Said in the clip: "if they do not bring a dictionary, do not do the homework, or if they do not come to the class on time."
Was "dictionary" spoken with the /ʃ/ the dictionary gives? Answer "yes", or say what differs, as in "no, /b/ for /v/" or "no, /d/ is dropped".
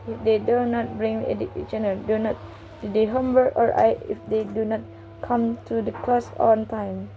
no, /ʃ/ is dropped